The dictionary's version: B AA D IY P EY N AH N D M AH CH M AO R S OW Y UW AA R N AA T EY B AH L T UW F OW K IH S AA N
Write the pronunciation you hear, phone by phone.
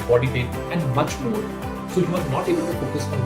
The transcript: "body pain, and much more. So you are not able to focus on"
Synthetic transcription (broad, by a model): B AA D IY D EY AH N D M AH CH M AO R S OW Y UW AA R N AA T EY B AH L T UW P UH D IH S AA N